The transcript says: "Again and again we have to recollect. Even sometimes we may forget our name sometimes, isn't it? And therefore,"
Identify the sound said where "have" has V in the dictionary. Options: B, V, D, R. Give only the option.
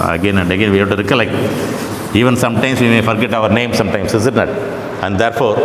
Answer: B